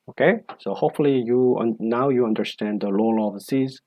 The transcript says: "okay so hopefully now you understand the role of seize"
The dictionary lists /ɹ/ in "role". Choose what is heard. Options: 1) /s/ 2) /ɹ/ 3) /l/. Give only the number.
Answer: 3